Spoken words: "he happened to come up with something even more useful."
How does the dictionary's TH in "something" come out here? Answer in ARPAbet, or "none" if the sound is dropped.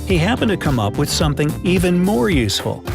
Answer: TH